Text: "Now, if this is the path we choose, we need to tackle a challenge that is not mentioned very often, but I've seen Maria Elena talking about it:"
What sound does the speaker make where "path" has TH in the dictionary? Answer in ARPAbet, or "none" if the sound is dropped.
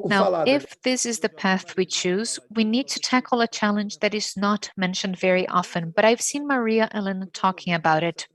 TH